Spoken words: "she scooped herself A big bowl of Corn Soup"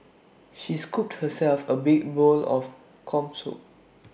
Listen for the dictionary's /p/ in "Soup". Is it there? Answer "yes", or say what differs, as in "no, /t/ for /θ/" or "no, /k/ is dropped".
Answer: no, /p/ is dropped